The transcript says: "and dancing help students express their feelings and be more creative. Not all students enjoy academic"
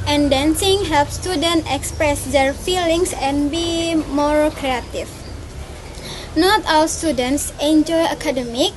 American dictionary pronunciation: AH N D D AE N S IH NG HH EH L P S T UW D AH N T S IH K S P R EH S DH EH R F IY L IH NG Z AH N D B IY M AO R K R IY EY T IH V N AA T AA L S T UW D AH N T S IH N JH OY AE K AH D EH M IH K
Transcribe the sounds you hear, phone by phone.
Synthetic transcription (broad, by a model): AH N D D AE N S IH NG HH EH L P S T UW D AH N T IH K S P R EH S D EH R F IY L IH NG S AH N B IY M AO R K R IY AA T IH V N AA T AA L S T UW D AH N T S IH N JH OY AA K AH D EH M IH K